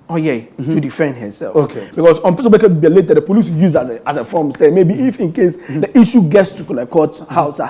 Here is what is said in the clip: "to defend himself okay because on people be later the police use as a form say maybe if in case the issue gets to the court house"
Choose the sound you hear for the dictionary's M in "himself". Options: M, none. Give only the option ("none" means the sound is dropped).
none